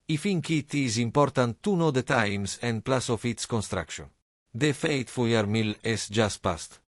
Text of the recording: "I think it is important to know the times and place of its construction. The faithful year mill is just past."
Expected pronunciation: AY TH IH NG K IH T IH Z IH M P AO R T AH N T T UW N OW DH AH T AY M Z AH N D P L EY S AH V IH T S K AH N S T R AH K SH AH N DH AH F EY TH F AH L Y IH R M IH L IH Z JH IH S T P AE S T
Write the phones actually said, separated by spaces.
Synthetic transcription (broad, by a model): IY F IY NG K IH T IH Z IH M P AO R T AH N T T UW N OW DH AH T AY M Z AH N D P L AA S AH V IH T S K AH N S T R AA K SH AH N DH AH F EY T F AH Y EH R M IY L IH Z JH IH S T P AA S T